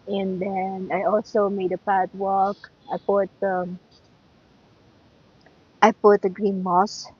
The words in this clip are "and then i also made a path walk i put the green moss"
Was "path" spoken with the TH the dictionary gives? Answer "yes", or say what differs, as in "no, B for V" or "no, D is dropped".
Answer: no, T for TH